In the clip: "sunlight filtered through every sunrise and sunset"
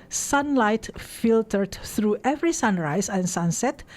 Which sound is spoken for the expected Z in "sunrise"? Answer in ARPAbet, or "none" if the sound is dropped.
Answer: S